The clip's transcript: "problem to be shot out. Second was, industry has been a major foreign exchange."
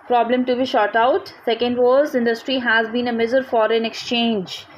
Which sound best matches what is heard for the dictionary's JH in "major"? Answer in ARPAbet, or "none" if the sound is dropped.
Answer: Z